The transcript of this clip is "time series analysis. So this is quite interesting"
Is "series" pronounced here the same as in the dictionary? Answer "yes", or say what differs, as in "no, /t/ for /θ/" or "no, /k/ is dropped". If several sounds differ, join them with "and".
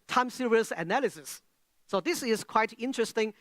no, /s/ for /z/